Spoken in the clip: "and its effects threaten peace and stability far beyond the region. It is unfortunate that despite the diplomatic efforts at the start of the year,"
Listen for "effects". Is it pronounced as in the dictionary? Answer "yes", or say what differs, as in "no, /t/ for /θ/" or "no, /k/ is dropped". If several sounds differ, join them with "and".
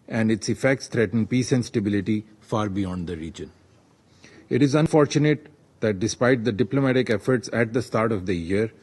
yes